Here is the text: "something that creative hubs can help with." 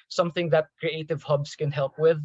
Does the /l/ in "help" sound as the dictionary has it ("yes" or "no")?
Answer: yes